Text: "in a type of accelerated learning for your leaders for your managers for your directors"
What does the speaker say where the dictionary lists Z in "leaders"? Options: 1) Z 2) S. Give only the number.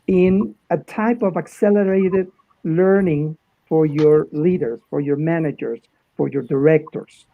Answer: 2